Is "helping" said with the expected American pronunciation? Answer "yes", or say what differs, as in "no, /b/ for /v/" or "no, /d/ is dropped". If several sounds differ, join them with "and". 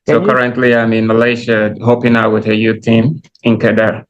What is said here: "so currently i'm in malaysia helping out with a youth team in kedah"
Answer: no, /l/ is dropped